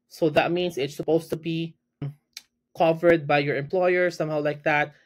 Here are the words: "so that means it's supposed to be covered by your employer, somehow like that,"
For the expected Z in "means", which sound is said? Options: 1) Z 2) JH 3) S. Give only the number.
3